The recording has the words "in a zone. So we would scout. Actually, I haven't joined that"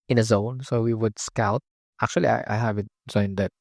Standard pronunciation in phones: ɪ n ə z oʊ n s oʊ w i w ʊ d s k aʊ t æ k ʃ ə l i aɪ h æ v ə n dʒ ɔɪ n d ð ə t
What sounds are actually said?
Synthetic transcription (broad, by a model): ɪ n ə z oʊ n s oʊ w i w ʊ d s k aʊ t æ k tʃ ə l i aɪ h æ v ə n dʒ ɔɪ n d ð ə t